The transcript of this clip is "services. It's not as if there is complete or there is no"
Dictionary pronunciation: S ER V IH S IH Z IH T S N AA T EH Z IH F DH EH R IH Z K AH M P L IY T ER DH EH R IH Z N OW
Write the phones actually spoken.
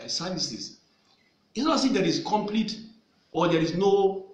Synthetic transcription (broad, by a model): S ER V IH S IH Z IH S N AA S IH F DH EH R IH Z K AH M P L IY T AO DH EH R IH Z N OW